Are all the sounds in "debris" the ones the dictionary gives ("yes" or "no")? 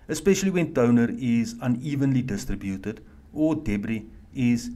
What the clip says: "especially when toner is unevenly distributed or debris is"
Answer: yes